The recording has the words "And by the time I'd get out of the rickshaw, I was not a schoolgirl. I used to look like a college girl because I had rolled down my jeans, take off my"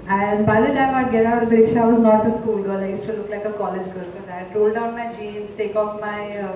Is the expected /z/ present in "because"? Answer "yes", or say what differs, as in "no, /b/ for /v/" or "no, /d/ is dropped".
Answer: no, /z/ is dropped